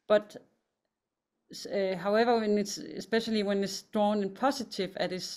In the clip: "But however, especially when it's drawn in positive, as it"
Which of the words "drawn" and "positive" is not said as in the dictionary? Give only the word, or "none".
positive